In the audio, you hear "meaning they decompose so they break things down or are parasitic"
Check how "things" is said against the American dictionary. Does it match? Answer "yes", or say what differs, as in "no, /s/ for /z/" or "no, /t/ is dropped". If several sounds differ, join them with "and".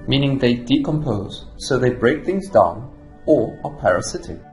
yes